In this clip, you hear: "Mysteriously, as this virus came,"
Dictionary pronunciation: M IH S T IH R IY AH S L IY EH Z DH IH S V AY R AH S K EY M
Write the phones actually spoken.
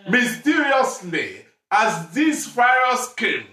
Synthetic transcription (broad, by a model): M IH S T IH R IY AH S L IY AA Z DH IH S F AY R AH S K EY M